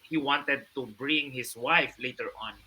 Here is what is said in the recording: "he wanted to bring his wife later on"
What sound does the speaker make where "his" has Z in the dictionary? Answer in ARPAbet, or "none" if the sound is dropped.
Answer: S